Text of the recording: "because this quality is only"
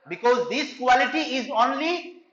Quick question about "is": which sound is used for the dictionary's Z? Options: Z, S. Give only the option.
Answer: Z